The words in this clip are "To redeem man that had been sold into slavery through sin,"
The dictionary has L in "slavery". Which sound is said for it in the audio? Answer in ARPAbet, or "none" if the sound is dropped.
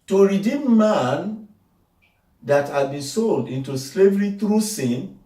L